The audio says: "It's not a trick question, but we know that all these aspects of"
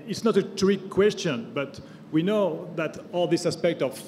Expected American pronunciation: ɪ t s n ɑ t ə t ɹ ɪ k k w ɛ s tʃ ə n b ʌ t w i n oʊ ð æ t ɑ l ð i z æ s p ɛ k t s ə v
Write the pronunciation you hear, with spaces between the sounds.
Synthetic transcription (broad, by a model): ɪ t s n ɑ t ə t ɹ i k k w ɛ s tʃ ə n b ʌ t w i n oʊ ð æ t ɑ l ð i s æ s p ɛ k t ə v